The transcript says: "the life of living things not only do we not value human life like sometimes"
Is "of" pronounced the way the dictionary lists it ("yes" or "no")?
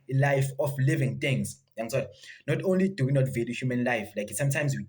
no